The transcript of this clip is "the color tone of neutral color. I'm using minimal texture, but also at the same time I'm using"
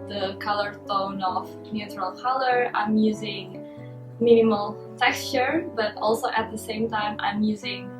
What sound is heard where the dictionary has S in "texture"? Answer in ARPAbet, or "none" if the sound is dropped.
S